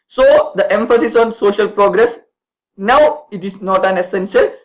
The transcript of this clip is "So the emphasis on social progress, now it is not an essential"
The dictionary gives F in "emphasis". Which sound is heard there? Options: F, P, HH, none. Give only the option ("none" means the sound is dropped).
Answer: F